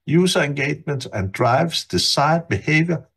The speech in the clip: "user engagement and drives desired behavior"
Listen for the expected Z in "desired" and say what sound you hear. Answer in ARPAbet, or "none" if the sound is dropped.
S